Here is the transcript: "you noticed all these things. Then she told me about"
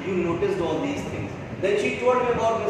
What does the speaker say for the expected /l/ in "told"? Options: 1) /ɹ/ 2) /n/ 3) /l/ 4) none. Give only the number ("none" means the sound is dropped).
4